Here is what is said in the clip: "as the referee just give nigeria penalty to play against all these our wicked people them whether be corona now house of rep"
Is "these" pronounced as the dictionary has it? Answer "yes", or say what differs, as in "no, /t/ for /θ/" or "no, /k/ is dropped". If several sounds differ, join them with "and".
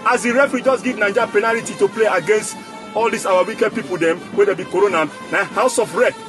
no, /s/ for /z/